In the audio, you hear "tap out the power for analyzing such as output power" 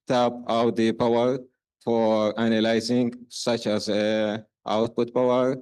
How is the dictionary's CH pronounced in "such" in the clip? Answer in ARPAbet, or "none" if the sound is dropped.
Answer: CH